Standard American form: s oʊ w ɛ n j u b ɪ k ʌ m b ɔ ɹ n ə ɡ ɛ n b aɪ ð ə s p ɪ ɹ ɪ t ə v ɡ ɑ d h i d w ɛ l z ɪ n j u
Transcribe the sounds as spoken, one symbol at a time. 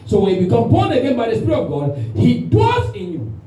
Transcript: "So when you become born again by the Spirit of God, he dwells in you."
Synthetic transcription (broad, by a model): s oʊ w ɛ n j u b ɪ k ʌ m b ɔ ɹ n ə ɡ ɛ n b aɪ ð ə s p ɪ ɹ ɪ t ə v ɡ ɑ d h i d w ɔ z ɪ n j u